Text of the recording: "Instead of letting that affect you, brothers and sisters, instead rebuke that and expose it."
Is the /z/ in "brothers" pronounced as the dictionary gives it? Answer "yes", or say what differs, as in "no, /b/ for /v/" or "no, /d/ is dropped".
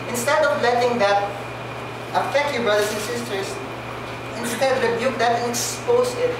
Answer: no, /s/ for /z/